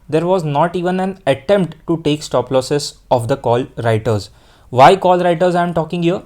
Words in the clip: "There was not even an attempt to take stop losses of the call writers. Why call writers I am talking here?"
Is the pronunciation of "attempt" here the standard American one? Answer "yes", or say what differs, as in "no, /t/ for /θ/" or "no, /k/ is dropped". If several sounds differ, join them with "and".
yes